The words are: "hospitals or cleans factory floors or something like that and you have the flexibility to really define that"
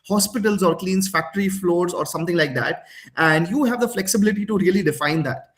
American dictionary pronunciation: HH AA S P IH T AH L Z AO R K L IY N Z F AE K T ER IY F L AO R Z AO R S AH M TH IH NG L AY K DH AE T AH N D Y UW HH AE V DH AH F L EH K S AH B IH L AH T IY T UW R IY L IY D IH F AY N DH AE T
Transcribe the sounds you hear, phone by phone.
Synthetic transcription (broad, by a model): HH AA S P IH T AH L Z AO R K L IY N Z F AE K T ER IY F L AO R Z AO R S AH M T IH NG L AY K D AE T AH N D Y UW HH AE V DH AH F L EH K S AH B IH L AH T IY T UW R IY L IY D IH F AY N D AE T